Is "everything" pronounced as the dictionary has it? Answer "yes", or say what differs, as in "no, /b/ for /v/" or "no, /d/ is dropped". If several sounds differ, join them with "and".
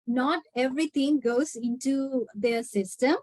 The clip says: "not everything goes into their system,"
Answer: no, /t/ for /θ/